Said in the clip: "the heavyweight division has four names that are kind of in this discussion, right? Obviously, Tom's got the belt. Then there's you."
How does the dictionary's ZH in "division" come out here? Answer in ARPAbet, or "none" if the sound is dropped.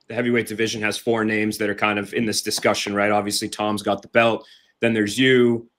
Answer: ZH